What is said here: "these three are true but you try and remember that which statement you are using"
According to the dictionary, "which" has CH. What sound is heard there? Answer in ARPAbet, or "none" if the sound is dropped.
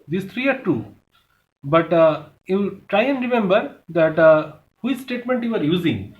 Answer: S